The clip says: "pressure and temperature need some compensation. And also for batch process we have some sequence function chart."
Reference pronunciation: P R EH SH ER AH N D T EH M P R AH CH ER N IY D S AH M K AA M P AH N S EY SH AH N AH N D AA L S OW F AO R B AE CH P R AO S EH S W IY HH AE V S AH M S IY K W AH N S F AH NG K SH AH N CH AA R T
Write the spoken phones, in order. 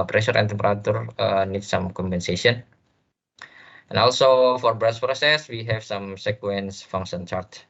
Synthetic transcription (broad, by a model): P R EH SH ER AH N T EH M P R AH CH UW N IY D S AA M K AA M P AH N S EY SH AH N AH N AA L S OW F AO R B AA S P R AO S EH S W IY HH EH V S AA M S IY K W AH N S F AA NG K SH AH N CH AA R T